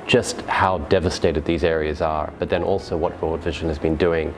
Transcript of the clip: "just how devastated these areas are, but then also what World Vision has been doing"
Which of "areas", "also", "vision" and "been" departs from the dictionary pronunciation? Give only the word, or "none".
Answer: none